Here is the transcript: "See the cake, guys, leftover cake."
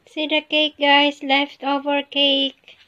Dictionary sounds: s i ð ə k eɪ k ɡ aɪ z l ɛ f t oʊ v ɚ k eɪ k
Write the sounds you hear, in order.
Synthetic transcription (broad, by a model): s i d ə k eɪ k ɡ aɪ s l ɛ f t oʊ v ɚ k eɪ k